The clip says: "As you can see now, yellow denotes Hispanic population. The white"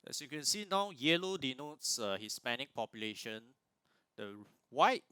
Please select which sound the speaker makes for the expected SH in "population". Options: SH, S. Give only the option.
SH